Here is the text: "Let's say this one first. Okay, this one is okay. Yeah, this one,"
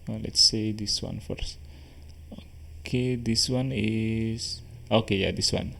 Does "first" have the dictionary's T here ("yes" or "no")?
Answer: no